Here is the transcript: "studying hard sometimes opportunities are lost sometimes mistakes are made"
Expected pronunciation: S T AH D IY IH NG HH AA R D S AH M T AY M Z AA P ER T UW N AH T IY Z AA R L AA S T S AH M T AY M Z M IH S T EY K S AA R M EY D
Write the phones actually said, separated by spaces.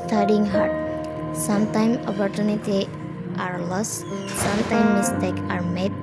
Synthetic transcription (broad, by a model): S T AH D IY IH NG HH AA R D S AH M T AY M AA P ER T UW N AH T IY AA R L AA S S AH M T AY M M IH S T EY K AA R M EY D